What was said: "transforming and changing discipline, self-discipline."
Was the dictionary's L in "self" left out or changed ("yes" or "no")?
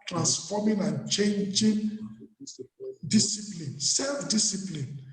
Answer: no